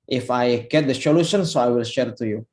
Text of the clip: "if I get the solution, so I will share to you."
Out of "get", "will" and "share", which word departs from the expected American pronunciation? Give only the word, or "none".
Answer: none